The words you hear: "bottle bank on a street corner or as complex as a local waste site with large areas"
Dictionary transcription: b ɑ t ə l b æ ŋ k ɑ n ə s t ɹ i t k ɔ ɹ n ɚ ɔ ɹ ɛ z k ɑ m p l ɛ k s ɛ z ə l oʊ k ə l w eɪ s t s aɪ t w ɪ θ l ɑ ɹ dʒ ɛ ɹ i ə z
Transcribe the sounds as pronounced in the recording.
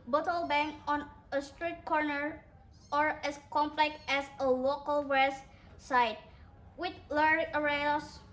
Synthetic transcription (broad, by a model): b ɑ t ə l b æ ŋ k ɑ n ə s t ɹ i t k ɔ ɹ n ɚ ɔ ɹ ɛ s k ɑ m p l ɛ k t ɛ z ə l oʊ k ə l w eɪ s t s aɪ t w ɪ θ l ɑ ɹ ʌ ɹ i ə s